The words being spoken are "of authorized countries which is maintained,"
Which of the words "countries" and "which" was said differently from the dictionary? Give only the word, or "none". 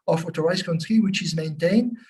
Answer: countries